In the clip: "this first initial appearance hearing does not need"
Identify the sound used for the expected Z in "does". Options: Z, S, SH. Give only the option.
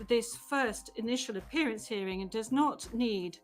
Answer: Z